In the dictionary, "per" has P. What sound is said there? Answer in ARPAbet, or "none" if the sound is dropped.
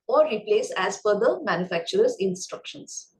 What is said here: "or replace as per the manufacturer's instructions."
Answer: F